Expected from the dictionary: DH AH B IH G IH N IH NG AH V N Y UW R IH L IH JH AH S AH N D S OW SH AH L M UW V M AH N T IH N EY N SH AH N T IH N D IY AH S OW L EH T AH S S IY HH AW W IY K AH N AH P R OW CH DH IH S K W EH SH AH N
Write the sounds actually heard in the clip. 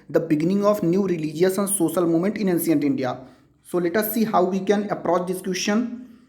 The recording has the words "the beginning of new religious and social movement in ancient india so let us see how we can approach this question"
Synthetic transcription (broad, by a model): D AH B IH G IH N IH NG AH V N Y UW R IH L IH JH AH S AH N D S OW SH AH L M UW M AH N T IH N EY N S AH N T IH N D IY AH S OW L EH T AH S S IY HH AW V IY K AH N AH P R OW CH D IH S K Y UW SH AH N